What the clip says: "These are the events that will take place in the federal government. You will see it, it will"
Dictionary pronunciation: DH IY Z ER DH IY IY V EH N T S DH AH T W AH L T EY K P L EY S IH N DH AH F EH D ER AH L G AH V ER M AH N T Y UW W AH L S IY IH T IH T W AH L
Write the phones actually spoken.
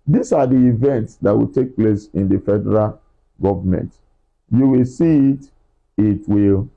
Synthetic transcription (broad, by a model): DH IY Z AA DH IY IY V EH N T S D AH T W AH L T EY K P L EY S IH N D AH F EH D ER AH L G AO V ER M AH N T Y UW W AH L S IY IH T IH T W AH L